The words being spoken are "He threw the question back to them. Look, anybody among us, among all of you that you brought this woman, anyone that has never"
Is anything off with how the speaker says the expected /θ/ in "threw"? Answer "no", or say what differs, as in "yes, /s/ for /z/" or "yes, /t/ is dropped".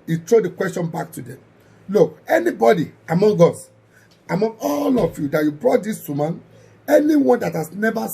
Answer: yes, /t/ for /θ/